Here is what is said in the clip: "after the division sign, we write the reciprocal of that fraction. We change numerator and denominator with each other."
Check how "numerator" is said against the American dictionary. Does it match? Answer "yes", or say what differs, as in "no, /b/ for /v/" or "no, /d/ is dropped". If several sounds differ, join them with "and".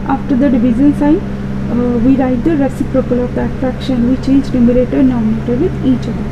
no, /l/ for /n/